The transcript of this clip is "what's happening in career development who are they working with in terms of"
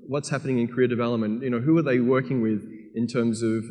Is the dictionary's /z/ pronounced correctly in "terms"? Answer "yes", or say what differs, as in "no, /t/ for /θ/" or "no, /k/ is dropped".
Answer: yes